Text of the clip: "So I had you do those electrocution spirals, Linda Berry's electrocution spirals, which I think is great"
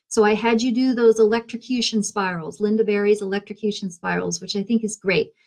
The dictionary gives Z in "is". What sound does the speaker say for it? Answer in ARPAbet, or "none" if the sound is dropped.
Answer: Z